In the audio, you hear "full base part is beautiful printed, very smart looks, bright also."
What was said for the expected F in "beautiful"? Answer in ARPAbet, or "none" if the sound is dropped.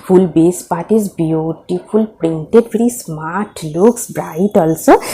P